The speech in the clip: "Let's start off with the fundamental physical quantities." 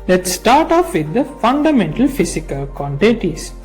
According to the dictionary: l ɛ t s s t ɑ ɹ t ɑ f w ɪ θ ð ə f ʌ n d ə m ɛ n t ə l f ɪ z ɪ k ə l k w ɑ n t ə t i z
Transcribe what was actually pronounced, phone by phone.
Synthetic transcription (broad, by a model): l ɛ t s s t ɑ ɹ t ɑ f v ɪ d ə f ʌ n d ə m ɛ n t ə l f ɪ s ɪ k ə l k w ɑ n t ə t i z